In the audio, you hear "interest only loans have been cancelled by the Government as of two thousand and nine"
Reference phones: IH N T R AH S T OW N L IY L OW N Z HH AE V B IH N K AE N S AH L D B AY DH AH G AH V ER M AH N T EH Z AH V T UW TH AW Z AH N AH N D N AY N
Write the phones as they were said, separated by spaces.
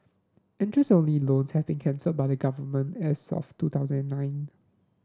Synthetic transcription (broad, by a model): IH N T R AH S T OW N L IY L OW N S HH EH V B IH N K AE N S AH D B AY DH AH G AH V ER M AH N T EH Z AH F T UW T AW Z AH N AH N N AY N